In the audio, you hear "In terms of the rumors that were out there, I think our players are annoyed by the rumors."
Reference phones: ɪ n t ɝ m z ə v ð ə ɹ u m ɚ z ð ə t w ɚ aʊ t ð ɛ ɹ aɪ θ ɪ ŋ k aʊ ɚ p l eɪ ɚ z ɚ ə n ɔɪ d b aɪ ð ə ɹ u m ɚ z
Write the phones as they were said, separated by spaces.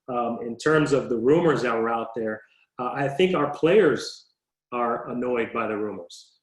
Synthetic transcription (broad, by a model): ɪ n t ɝ m z ə v ð ə ɹ u m ɚ z ð ə t w ɚ aʊ t ð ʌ ɹ aɪ θ ɪ ŋ k aʊ ɚ p l eɪ ɚ z ɚ ə n ɔɪ d b aɪ ð ə ɹ u m ɚ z